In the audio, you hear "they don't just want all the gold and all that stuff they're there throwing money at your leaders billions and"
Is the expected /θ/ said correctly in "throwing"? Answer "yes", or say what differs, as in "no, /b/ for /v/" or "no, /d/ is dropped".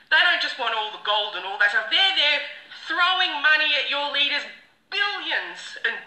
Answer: yes